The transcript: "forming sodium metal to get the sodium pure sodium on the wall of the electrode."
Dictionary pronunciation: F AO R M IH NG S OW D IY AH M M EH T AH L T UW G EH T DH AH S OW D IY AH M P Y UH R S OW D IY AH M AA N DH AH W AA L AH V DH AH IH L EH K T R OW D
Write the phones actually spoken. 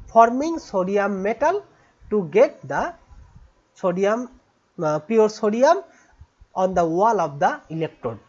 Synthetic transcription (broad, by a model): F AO R M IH NG S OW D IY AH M M EH T AH L T UW G EH T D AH S OW D IY AH M P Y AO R S OW D IY AH M AA N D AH W AA L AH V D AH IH L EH K T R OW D